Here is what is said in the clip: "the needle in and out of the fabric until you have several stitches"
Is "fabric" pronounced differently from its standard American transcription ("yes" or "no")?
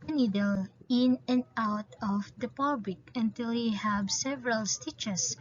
yes